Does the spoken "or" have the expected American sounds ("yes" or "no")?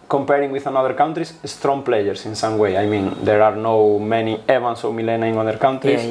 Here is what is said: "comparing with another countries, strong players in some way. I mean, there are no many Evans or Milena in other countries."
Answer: no